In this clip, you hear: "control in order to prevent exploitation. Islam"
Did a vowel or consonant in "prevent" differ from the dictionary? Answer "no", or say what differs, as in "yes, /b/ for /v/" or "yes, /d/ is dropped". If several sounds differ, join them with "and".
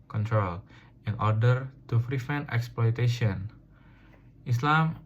yes, /f/ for /p/ and /f/ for /v/